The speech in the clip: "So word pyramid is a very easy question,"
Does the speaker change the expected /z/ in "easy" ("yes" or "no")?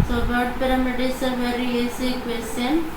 yes